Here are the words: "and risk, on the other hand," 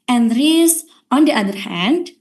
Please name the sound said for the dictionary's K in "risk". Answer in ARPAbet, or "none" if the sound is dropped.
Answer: none